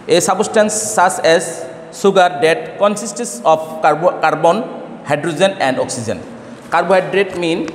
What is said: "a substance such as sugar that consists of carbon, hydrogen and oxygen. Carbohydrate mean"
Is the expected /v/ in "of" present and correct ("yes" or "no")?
no